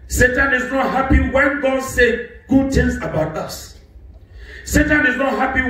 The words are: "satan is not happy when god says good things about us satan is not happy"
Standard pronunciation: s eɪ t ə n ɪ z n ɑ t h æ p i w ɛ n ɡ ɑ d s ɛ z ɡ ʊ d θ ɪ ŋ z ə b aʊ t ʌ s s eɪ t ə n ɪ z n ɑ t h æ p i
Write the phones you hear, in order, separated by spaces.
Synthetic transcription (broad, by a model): s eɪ t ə n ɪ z n ɑ t h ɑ p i w ɛ n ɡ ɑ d s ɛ ɡ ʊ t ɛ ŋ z ə b aʊ t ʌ s s eɪ t ə n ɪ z n ɑ t h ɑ p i